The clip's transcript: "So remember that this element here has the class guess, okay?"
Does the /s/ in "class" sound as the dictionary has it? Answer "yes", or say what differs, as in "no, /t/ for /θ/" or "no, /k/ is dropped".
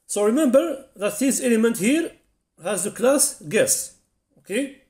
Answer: yes